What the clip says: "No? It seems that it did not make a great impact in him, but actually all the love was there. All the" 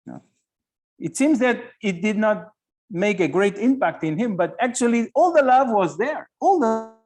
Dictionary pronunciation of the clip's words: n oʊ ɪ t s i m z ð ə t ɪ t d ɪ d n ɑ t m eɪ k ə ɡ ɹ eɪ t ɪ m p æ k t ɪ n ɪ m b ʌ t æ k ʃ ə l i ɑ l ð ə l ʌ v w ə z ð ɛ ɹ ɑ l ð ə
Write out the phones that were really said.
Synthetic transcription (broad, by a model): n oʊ ɪ t s i m z ð ə t ɪ t d ɪ d n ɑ t m eɪ k ə ɡ ɹ eɪ t ɪ m p æ k t ɪ n ɪ m b ʌ t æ k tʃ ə l i ɑ l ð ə l ʌ v w ə z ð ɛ ɹ ɑ l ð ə